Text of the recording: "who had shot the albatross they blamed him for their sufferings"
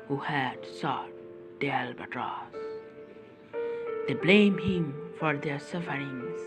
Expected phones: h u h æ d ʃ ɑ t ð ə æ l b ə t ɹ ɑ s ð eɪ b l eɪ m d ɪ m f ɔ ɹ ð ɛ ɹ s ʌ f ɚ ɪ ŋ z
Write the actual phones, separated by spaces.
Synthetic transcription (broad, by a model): h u h æ d s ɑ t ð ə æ l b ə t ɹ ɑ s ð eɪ b l eɪ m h ɪ m f ɔ ɹ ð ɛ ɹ s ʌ f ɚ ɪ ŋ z